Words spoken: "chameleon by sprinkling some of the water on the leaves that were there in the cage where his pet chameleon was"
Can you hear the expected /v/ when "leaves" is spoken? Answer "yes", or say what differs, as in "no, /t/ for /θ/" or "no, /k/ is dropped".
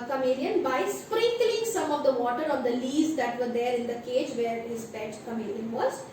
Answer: no, /v/ is dropped